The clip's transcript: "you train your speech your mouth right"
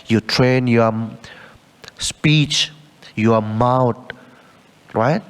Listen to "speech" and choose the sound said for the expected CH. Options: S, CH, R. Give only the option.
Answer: CH